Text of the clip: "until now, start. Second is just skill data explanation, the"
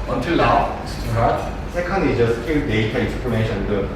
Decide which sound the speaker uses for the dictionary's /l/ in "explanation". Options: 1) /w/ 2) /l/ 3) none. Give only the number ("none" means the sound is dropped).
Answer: 3